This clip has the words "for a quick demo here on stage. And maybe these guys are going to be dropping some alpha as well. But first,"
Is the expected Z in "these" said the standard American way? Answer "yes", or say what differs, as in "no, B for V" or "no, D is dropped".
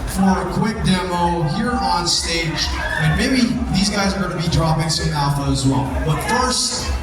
yes